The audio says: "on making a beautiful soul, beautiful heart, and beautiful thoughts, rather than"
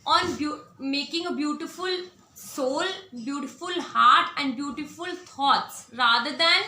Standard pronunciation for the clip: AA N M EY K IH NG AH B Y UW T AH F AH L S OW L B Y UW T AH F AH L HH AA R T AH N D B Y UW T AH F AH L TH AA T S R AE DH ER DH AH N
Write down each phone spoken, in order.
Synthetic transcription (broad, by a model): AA N M EY K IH NG AH B Y UW T AH F AH L S OW L B Y UW T AH F AH L HH AA R T AH N D B Y UW T AH F AH L T AA T S R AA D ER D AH N